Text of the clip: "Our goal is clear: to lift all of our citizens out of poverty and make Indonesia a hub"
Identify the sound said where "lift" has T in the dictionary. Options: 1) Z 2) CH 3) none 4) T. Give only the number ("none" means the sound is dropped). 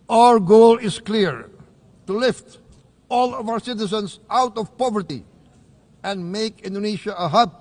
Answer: 4